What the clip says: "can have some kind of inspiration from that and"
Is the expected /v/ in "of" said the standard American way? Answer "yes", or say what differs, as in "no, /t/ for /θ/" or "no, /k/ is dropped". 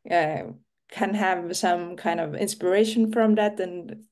yes